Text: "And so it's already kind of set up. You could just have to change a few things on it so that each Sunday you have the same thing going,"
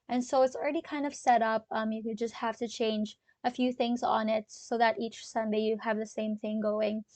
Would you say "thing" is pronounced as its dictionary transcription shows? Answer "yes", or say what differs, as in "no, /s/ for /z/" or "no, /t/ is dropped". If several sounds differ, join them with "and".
yes